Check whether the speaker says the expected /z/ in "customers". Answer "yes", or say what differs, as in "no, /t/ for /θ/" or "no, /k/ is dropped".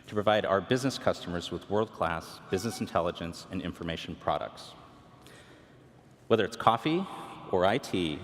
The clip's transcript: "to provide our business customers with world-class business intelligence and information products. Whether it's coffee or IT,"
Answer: yes